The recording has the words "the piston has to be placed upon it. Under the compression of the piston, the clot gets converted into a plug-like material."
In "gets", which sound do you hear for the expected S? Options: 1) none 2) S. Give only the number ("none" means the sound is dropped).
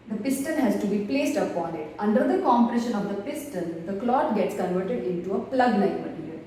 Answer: 2